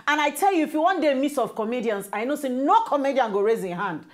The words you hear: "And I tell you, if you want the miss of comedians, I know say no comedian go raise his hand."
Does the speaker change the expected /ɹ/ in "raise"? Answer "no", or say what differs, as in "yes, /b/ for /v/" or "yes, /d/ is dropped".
no